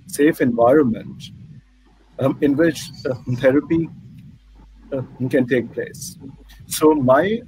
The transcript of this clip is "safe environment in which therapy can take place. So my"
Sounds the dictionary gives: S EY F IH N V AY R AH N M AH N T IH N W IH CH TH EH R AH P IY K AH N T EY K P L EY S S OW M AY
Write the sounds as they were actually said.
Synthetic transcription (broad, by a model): S EY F IH N V AY R AH N M AH N T IH N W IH CH T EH R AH P IY K AH N T EY K P L EY S S OW M AY